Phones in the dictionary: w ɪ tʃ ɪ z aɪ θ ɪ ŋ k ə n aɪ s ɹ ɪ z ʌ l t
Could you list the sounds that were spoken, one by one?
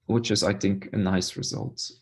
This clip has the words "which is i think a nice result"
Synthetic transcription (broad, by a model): w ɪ tʃ ɪ z aɪ θ ɪ ŋ k ə n aɪ s ɹ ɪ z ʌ l t